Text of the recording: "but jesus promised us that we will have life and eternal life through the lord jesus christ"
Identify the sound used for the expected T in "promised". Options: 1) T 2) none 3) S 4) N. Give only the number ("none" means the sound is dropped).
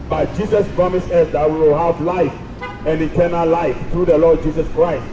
2